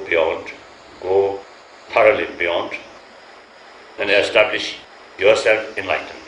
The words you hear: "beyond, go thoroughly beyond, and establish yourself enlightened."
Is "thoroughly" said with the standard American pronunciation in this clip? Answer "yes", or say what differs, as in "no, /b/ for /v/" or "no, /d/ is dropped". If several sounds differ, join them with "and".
no, /t/ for /θ/